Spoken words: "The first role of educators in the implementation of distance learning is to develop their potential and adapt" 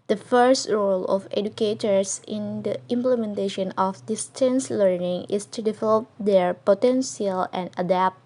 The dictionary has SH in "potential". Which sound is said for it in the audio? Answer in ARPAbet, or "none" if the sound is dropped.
S